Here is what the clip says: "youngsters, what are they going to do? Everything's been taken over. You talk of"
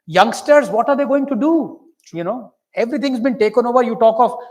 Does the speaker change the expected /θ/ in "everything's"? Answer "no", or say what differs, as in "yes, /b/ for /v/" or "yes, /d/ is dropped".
yes, /t/ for /θ/